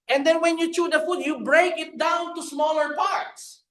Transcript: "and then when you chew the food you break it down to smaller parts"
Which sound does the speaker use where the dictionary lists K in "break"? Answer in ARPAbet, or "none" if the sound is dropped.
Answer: K